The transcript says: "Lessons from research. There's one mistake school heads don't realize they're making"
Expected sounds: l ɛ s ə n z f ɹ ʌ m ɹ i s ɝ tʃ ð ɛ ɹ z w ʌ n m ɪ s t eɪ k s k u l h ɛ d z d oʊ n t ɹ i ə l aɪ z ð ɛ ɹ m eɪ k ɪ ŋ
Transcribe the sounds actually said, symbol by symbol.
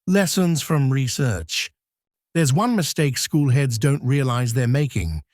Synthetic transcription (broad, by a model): l ɛ s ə n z f ɹ ʌ m ɹ i s ɝ tʃ ð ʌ ɹ z w ʌ n m ɪ s t eɪ k s k u l h ɛ d z d oʊ n t ɹ i ə l aɪ z ð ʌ ɹ m eɪ k ɪ ŋ